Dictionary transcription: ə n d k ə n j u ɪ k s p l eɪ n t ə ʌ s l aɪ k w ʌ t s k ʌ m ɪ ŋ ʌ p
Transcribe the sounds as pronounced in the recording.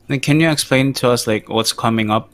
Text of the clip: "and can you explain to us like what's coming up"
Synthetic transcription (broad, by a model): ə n k ə n j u ɪ k s p l eɪ n t ə ʌ s l aɪ k w ʌ t s k ʌ m ɪ ŋ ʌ p